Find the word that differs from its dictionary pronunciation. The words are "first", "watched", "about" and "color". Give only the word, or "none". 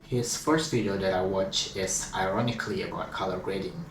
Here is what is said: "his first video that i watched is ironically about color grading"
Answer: watched